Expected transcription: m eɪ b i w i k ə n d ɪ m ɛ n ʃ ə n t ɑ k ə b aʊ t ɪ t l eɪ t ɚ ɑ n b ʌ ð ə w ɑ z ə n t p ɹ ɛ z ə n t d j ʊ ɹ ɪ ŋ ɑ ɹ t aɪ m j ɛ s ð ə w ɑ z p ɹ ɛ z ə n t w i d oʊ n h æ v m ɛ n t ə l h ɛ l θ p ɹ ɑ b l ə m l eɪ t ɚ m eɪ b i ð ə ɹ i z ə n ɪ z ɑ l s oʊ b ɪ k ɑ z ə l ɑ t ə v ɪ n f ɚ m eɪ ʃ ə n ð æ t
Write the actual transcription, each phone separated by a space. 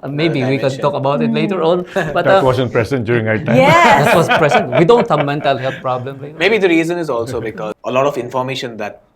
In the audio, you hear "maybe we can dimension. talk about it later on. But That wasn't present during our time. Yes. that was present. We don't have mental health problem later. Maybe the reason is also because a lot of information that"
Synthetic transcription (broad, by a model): m eɪ b i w i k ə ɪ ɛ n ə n t ɑ k ə b aʊ t ɪ t l eɪ t ɚ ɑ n b ʌ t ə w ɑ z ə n p ɹ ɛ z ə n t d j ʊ ɹ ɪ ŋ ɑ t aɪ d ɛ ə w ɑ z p ɹ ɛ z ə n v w i d oʊ n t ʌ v m ɛ n t ə l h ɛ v p ɹ ɑ b l ə m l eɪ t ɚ m eɪ b i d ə ɹ i z ə n ɪ z ɑ l s oʊ b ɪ k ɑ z ə l ɑ t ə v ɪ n f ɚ m eɪ ʃ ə n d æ t